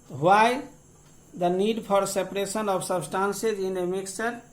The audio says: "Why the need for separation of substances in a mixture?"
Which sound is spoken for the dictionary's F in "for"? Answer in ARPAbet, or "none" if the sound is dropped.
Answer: P